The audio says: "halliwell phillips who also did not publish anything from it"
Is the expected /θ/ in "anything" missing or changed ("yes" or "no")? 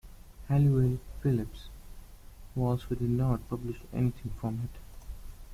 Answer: yes